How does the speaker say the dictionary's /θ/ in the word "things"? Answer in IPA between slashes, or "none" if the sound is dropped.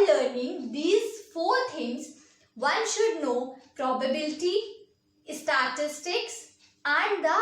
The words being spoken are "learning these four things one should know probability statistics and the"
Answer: /t/